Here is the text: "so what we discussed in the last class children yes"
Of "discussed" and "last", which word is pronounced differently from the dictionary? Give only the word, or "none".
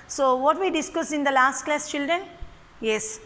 discussed